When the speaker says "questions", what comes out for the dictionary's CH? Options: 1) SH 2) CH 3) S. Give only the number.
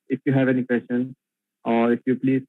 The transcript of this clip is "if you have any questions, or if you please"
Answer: 1